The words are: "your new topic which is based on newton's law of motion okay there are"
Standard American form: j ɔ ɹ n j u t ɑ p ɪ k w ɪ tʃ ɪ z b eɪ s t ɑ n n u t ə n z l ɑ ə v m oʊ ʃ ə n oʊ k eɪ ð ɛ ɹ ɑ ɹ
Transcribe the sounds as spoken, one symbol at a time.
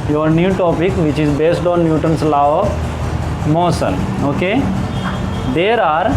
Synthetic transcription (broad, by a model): j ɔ ɹ n j u t ɑ p ɪ k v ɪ tʃ ɪ z b eɪ s t ɑ n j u t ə n s l ɑ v m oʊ s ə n oʊ k eɪ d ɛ ɹ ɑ ɹ